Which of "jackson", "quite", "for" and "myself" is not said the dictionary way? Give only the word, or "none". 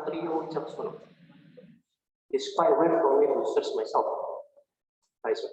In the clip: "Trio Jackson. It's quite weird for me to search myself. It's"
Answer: jackson